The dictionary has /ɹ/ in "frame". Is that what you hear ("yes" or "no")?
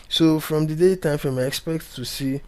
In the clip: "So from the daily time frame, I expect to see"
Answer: no